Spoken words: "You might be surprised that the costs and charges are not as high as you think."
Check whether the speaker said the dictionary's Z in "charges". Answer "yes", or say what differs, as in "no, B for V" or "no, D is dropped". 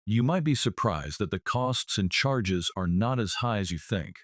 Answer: yes